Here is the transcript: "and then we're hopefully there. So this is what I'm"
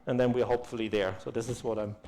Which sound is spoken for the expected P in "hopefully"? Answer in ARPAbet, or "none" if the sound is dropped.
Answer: P